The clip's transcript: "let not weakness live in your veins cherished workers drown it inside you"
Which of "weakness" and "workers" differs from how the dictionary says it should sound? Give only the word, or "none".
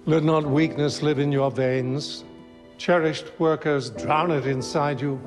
none